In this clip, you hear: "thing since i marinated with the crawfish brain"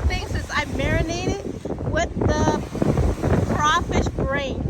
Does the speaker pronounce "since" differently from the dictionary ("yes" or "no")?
yes